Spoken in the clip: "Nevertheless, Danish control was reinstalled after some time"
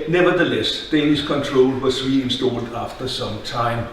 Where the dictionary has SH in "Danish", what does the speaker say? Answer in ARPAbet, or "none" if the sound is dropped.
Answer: S